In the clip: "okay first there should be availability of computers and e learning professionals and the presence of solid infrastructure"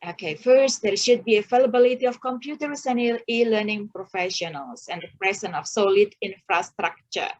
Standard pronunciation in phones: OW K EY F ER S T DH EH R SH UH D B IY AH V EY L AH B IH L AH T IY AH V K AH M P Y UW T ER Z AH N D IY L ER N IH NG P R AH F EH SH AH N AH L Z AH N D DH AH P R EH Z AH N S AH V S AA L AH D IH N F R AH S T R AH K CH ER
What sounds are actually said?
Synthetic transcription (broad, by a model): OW K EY F ER S T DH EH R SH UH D B IY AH F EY L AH B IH L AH T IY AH F K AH M P Y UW T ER S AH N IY IY L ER N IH NG P R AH F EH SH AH N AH L S AH N D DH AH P R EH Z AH N AH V S AA L AH D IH N F R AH S T R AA K CH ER